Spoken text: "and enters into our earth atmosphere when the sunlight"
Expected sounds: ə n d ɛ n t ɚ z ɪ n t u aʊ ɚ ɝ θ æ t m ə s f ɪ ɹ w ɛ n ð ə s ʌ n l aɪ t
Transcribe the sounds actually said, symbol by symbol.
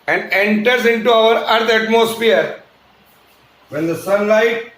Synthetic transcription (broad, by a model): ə n d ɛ n t ɚ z ɪ n t u aʊ ɚ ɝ t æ t m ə s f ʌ ɹ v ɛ n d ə s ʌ n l aɪ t